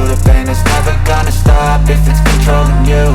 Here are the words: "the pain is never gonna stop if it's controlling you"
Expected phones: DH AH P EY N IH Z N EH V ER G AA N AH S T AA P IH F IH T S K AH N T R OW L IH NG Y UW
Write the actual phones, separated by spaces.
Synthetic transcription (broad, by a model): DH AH B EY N IH Z N EH V ER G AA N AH S T AA P IH F IH T S K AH N T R OW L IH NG Y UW